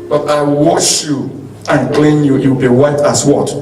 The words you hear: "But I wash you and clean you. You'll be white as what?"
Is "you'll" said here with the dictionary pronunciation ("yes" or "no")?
no